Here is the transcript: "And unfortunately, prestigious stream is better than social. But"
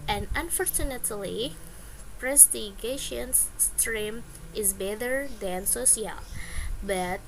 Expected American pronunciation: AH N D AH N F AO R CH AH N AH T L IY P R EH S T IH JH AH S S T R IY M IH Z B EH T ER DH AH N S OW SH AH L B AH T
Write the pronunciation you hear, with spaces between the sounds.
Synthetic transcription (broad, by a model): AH N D AH N F AO R CH AH N AH T L IY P R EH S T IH SH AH S S T R IY M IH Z B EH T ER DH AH N S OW S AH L B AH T